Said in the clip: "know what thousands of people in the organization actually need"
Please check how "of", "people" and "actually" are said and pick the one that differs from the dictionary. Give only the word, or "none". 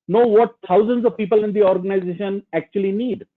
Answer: none